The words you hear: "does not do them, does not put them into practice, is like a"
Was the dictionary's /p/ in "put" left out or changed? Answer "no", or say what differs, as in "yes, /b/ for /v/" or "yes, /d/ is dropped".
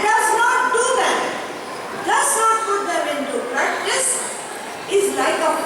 yes, /f/ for /p/